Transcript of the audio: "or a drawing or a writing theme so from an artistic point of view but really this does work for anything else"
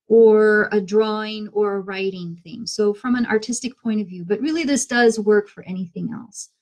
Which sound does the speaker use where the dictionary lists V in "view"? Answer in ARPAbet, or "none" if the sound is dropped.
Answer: V